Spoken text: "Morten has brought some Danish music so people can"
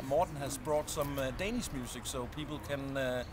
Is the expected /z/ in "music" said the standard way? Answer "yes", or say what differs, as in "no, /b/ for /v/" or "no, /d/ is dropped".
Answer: no, /s/ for /z/